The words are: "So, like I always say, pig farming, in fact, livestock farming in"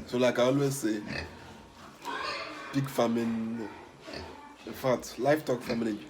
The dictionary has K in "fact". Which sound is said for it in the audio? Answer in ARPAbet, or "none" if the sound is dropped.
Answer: none